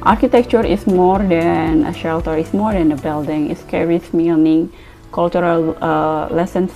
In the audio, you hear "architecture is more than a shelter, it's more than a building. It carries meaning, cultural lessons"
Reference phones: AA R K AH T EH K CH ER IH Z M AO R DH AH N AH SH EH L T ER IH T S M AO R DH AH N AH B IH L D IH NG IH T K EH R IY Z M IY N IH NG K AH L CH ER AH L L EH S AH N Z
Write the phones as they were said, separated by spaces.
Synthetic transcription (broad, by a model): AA R K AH T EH K CH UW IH S M AO R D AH N AH SH EH L T ER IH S M AO R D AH N AH B IH L D IH NG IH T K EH R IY S M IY N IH NG K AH L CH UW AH L L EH S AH N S